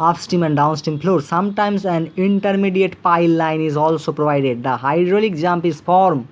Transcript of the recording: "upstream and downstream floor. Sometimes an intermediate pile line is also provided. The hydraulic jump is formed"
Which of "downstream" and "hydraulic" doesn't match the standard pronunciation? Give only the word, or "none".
downstream